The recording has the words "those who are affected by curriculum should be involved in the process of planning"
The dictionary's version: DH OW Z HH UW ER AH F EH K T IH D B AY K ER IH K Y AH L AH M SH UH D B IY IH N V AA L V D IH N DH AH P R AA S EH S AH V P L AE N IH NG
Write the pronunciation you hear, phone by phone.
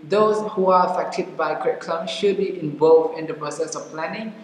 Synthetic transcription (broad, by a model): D OW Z HH UW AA AH F EH K T IH D B AY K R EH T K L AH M SH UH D B IY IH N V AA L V IH N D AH P R AA S EH S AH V P L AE N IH NG